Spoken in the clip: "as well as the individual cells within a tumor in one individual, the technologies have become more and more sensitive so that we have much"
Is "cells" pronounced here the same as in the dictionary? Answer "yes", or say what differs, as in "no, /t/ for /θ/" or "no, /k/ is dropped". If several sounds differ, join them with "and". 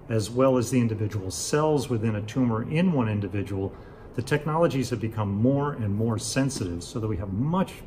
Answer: yes